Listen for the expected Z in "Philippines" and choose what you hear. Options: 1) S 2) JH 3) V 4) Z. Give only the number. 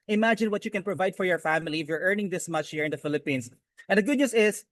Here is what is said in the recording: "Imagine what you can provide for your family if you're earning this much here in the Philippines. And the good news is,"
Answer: 1